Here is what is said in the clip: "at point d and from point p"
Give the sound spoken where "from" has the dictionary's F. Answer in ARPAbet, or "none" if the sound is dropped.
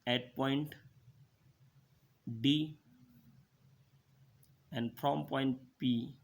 P